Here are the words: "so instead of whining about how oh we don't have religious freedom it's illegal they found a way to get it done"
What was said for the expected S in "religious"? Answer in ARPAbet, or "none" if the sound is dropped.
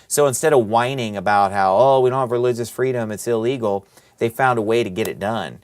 S